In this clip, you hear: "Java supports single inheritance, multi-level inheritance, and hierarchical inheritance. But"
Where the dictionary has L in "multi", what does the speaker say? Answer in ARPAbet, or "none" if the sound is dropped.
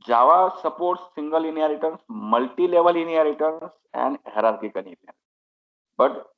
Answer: L